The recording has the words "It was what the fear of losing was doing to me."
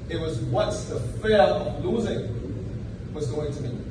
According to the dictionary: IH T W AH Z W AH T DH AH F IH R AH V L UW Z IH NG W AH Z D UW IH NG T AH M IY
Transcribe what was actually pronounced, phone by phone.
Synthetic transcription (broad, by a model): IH T W AH Z W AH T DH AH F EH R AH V L UW Z IH NG W AH Z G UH IH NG T AH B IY